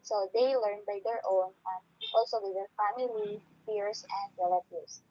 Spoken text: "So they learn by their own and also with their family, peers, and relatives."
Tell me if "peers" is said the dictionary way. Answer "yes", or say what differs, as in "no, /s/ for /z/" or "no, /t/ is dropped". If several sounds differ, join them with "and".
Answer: no, /f/ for /p/ and /s/ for /z/